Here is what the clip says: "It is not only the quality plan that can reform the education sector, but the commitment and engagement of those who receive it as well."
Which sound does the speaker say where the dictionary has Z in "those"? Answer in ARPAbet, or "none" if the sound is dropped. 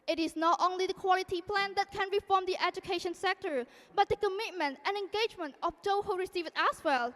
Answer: none